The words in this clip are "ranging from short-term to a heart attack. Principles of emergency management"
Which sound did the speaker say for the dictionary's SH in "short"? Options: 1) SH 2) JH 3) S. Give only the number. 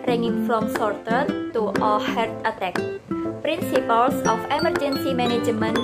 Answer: 3